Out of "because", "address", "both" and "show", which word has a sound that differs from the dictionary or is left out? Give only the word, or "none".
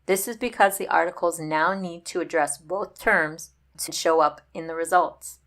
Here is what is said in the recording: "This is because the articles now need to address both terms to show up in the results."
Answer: none